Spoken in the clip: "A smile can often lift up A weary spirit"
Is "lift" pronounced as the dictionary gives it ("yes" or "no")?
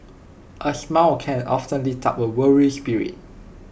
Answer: no